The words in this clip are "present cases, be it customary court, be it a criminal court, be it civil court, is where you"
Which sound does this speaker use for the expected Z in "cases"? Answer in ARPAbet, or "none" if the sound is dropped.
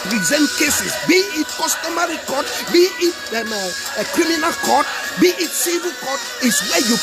S